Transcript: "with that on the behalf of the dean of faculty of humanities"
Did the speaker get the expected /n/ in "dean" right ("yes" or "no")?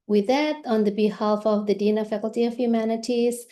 yes